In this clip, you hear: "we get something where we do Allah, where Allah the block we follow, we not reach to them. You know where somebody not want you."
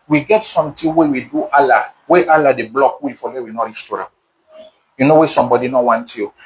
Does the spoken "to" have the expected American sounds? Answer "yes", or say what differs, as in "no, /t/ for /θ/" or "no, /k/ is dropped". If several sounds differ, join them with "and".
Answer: yes